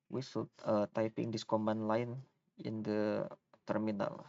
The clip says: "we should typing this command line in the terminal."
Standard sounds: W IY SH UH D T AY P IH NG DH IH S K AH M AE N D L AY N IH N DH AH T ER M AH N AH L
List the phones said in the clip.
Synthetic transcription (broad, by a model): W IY S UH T T AY P IH NG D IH S K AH M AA N L AY N IH N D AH T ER M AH N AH L